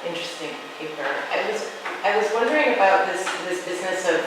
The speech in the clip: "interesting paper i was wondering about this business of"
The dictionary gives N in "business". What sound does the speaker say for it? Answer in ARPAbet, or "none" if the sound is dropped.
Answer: N